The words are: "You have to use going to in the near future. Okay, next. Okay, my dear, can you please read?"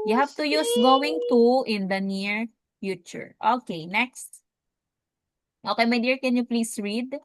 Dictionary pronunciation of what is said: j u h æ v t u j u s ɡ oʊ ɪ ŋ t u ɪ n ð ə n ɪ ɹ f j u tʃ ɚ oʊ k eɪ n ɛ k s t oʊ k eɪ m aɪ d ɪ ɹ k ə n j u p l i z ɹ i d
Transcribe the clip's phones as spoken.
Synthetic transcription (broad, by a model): j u h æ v t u j u s ɡ oʊ ɪ ŋ t u ɪ n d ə n ɪ ɹ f j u tʃ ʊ oʊ k eɪ n ɛ k s t oʊ k eɪ m aɪ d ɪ ɹ k ə n j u p l i s ɹ i d